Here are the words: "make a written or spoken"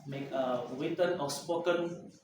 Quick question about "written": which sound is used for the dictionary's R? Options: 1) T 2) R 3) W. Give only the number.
3